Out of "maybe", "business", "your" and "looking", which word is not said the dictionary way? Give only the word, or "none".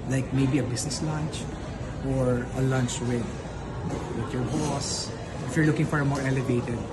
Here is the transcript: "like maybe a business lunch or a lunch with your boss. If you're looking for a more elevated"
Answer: business